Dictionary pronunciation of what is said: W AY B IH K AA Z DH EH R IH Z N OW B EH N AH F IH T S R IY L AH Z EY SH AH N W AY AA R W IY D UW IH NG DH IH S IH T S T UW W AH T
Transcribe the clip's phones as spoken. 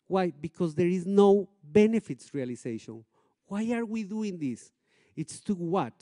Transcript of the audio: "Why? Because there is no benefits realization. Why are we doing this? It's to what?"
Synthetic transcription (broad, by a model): W AY B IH K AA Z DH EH R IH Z N OW B EH N AH F IH T S R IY L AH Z EY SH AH N W AY AA R W IY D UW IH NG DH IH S IH T S T UW W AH T